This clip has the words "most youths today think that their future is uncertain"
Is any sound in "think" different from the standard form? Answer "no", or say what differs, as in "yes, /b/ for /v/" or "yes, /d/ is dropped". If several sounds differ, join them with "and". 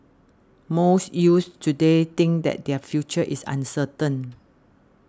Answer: yes, /t/ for /θ/